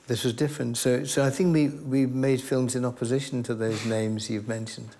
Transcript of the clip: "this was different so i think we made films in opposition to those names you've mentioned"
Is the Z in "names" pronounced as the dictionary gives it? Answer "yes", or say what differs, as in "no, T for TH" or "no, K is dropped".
yes